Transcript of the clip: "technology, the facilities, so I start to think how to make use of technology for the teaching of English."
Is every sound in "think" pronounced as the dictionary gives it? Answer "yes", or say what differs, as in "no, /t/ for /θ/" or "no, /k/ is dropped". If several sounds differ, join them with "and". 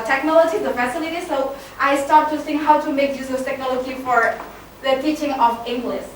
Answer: no, /s/ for /θ/